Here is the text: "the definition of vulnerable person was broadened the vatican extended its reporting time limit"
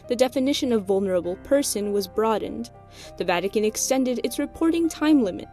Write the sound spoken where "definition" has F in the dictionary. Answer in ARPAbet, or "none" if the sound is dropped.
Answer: F